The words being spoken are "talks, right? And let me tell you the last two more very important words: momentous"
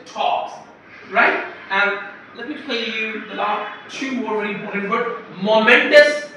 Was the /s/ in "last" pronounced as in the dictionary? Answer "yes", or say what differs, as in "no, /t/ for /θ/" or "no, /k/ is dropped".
no, /s/ is dropped